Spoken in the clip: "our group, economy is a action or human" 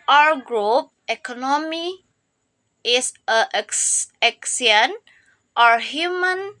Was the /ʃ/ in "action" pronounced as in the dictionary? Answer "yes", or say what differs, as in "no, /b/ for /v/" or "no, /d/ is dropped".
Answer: no, /s/ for /ʃ/